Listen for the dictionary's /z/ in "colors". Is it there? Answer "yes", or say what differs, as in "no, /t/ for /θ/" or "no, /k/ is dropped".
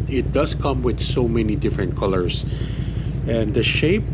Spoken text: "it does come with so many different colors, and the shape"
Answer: no, /s/ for /z/